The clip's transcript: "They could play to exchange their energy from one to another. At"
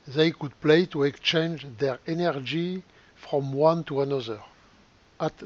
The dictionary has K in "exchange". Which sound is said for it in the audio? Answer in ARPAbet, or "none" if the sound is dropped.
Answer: K